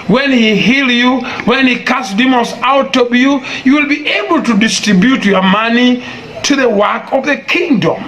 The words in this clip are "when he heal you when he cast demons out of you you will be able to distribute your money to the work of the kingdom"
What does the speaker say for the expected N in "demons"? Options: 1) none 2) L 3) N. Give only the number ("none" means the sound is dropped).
2